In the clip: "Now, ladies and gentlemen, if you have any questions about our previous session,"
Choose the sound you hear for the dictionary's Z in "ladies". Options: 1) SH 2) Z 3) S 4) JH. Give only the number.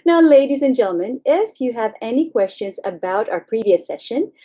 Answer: 2